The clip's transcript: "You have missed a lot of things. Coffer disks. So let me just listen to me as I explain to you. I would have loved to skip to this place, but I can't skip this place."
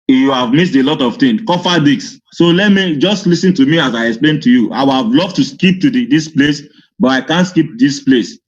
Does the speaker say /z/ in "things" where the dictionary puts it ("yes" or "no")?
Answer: no